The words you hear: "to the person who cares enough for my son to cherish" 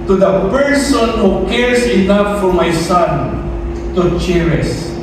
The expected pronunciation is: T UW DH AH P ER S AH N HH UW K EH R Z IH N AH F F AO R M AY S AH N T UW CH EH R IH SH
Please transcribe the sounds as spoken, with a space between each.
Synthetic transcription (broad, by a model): T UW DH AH P ER S AH N HH UW K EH R S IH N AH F F AO R M AY S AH N T UW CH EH R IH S